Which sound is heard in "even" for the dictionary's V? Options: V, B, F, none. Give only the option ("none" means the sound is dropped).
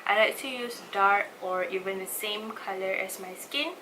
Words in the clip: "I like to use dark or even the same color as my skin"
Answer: V